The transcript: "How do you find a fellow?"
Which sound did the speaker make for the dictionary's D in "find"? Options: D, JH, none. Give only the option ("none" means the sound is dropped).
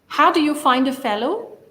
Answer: D